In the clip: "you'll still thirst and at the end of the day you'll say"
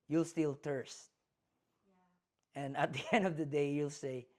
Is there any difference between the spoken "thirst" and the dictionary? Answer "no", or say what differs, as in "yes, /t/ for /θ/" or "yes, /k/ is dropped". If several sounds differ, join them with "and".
yes, /t/ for /θ/